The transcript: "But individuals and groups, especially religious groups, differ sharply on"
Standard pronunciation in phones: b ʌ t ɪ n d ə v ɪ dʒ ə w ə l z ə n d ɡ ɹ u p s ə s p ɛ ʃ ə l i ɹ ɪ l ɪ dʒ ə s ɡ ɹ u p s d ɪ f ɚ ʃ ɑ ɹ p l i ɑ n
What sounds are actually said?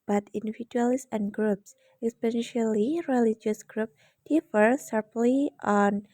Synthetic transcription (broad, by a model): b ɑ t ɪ n d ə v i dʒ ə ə l s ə n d ɡ ɹ u p s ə s p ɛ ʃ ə l i ɹ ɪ l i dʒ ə s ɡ ɹ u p d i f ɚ s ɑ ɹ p l i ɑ n